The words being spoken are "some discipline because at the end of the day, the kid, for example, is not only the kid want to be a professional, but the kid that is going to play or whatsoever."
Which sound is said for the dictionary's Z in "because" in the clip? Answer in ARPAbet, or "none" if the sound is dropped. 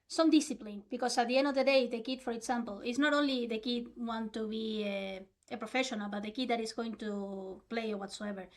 S